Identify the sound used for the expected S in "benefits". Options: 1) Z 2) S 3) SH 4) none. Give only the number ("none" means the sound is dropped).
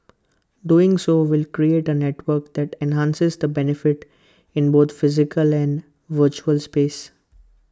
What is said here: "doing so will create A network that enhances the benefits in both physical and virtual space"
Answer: 4